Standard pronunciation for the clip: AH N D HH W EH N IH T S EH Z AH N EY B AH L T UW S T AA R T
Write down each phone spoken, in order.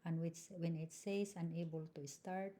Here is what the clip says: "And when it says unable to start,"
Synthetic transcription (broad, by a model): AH N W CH W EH N IH T S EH S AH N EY B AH L T UW S T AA R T